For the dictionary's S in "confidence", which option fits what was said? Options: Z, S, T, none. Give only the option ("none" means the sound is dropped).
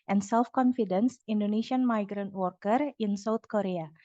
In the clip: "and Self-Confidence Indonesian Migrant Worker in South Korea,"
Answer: S